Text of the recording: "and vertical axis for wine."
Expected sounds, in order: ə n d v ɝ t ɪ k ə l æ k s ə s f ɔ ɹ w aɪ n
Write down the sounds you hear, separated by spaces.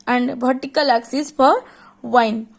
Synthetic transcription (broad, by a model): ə n d b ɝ t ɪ k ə l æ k s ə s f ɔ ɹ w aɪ n